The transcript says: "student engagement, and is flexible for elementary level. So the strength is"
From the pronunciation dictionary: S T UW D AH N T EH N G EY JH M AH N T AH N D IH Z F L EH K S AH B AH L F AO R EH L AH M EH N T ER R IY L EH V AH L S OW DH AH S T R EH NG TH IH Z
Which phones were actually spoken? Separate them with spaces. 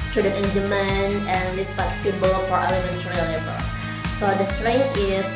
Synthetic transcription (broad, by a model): S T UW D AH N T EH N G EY M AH N AH N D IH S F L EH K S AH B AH L F AO R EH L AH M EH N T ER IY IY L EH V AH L S OW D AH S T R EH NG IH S